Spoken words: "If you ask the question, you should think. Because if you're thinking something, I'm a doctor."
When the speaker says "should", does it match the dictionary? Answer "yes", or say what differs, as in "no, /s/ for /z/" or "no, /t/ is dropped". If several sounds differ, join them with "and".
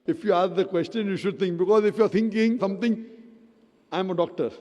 yes